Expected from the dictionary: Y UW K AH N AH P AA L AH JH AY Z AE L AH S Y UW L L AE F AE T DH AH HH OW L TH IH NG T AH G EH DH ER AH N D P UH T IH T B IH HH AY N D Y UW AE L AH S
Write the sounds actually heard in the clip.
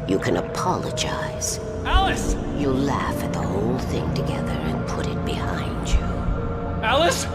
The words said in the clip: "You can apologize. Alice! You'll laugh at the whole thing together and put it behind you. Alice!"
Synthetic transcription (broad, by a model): Y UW K AH N AH P AA L AH JH AY Z AE L AH S Y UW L L AE F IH T DH AH HH OW L TH IH NG T AH G EH DH ER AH N P UH T IH T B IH HH AY N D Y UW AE L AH S